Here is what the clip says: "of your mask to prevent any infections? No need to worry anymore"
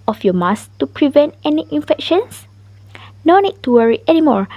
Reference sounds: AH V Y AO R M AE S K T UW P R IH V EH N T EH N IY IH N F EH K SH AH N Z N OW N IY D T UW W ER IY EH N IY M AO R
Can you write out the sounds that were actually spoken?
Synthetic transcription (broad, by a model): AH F Y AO M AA S T UW P R IH V EH N T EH N IY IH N F EH K SH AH N S N OW N IY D T UW W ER IY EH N IY M AO R